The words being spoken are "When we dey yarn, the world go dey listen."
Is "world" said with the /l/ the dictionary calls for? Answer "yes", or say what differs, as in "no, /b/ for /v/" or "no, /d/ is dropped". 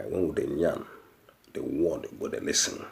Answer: no, /l/ is dropped